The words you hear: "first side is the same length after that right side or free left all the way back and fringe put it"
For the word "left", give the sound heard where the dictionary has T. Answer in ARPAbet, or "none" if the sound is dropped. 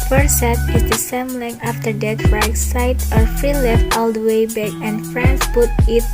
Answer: T